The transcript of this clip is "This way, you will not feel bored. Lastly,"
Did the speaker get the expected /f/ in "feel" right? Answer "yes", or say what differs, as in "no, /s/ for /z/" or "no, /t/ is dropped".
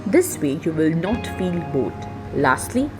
yes